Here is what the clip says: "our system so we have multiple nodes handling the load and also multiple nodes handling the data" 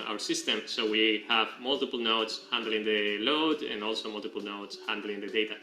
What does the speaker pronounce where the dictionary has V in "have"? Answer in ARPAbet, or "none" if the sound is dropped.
V